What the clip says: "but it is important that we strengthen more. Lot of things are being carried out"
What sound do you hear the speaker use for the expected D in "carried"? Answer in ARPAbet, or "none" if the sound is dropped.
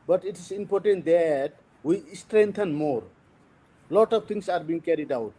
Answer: D